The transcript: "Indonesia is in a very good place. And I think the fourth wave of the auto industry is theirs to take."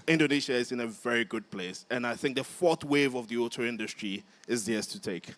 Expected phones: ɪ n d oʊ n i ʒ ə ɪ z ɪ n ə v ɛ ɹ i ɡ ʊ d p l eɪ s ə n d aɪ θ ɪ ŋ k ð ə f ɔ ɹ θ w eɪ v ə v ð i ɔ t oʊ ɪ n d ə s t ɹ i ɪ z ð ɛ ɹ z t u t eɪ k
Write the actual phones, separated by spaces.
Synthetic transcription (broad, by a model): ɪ n d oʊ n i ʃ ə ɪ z ɪ n ə v ɛ ɹ i ɡ ʊ d p l eɪ s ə n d aɪ θ ɪ ŋ k ð ə f ɔ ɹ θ w eɪ v ə v ð i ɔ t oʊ ɪ n d ə s t ɹ i ɪ z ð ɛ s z t u t eɪ k